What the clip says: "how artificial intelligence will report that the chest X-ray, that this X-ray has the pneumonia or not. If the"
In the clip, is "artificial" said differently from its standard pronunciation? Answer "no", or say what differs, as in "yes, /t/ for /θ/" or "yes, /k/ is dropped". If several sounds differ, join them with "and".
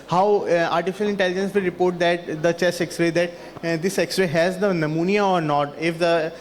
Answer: no